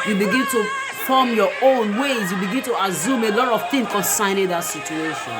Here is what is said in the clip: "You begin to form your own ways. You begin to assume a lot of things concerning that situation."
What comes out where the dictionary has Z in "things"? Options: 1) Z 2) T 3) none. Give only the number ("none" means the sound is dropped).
3